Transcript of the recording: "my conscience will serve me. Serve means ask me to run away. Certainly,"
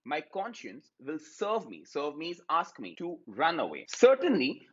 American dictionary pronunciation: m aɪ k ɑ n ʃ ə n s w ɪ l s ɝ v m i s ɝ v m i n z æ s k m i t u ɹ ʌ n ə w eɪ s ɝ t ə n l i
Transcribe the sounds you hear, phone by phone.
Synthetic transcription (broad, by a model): m aɪ k ɑ n ʃ ə n s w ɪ l s ɝ v m i s ɝ v m i z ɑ s k m i t u ɹ ʌ n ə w eɪ s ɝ t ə n l i